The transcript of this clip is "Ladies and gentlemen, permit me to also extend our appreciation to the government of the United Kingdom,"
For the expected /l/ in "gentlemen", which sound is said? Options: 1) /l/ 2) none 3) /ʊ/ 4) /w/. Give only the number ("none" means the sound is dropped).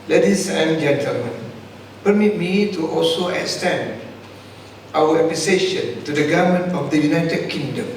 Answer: 1